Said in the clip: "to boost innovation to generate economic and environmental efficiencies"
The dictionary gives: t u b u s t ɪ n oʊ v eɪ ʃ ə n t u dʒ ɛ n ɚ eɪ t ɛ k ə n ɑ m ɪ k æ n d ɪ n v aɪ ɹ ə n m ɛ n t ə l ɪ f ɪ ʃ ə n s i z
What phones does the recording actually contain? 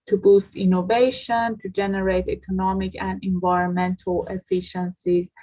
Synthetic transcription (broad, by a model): t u b u s t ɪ n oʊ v eɪ ʃ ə n t u dʒ ɛ n ɚ eɪ t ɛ k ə n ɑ m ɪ k æ n d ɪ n v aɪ ɹ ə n m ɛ n t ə l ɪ f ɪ ʃ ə n s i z